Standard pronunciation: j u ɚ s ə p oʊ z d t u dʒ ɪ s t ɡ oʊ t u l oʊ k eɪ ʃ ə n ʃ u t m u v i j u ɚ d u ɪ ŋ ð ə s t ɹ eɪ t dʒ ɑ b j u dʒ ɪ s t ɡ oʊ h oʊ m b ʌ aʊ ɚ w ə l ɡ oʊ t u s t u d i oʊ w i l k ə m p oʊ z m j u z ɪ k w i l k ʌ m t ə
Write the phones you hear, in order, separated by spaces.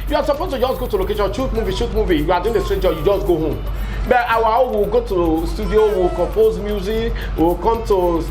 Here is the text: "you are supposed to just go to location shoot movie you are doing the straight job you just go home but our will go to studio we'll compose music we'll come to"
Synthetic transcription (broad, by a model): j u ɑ s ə p oʊ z t u dʒ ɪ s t ɡ oʊ t u l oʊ k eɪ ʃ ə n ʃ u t m u v i j u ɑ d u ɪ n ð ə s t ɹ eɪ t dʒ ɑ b j u dʒ ɪ s t ɡ oʊ h oʊ m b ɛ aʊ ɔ w ə l ɡ oʊ t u s t u d i oʊ w i l k ə m p oʊ z m j u z ɪ k w i l k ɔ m t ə